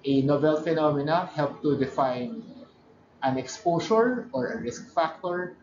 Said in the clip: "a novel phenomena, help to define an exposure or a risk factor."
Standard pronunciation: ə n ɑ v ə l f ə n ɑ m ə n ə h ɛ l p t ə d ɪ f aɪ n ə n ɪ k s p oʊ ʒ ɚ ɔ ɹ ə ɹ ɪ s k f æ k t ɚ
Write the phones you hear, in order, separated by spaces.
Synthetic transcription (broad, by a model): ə n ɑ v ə l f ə n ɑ m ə n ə h ɛ l p t ə d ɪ f aɪ n ə n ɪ k s p oʊ s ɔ ɔ ɹ ə ɹ ɪ s k f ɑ k t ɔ